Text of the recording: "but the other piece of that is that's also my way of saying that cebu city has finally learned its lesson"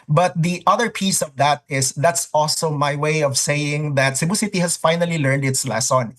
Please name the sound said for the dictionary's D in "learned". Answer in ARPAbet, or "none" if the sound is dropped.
D